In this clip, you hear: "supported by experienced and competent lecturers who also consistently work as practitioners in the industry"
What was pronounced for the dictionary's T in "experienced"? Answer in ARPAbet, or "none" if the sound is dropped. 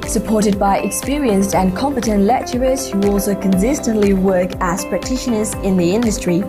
T